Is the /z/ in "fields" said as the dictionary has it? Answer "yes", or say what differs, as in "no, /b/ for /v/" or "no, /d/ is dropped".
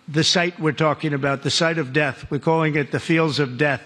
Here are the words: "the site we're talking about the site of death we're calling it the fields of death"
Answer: yes